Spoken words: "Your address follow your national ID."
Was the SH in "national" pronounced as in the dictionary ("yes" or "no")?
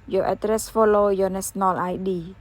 no